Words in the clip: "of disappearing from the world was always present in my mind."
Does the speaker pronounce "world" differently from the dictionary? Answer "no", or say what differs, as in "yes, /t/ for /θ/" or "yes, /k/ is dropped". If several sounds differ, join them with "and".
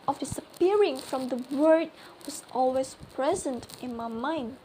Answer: yes, /l/ is dropped